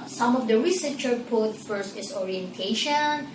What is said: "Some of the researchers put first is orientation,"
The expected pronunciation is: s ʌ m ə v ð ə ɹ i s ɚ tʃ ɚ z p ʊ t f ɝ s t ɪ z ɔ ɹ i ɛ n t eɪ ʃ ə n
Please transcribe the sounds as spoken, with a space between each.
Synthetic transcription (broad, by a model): s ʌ m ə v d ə ɹ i s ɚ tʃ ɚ p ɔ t f ɝ s t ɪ s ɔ ɹ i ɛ n t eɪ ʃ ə n